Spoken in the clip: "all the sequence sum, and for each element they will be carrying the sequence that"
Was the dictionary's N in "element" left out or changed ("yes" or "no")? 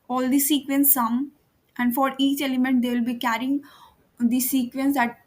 no